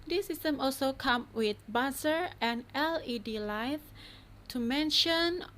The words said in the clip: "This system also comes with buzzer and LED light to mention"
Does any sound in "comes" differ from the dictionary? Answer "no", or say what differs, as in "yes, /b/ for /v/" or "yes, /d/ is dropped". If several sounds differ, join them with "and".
yes, /z/ is dropped